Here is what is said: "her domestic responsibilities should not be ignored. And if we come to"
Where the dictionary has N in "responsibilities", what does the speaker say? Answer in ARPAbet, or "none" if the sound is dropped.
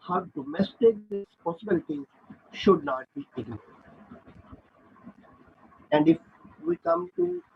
none